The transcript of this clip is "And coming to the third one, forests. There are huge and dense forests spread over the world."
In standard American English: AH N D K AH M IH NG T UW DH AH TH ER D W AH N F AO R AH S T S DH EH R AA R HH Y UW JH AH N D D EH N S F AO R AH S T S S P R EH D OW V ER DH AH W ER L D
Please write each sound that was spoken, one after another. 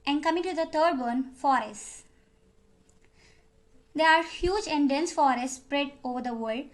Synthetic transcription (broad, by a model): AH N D K AH M IH NG T UW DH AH T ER D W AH N F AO R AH S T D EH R AA R HH Y UW JH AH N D D EH N S F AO R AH S T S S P R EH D OW V ER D AH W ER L D